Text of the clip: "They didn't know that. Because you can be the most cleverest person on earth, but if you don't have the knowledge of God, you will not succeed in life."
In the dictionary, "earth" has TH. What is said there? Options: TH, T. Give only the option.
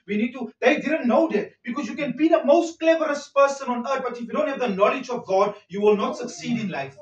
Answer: T